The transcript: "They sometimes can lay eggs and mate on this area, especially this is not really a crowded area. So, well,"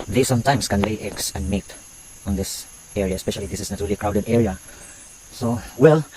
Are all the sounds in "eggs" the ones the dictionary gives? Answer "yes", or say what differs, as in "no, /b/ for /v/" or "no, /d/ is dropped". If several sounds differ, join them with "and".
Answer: no, /s/ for /z/